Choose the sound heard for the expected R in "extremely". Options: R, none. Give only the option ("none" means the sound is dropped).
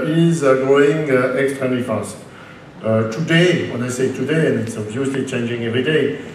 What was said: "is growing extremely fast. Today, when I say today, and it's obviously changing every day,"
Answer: none